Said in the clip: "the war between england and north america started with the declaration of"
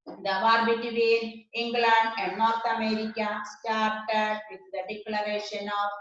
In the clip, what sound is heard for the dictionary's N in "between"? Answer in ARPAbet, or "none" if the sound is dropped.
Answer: none